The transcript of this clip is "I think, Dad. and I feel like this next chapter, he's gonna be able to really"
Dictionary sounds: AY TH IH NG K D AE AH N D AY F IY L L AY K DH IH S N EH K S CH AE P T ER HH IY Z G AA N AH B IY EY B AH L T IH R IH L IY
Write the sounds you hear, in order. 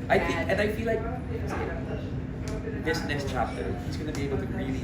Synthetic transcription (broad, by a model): AY TH IH NG K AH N AY F IY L L AY K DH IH S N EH S CH AE P T ER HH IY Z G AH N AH B IY EY B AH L T IH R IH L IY